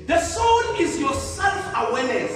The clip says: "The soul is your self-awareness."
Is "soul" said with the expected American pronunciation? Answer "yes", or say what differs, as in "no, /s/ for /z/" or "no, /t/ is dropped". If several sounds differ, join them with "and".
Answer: no, /n/ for /l/